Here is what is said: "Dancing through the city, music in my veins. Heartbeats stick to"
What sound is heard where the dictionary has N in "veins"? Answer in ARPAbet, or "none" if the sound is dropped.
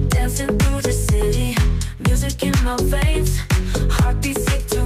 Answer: none